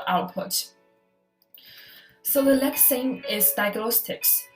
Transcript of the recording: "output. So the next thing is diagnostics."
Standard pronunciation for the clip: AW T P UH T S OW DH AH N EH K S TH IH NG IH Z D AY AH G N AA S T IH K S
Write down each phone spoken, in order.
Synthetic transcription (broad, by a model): AW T P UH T S OW DH AH L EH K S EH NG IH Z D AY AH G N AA S T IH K S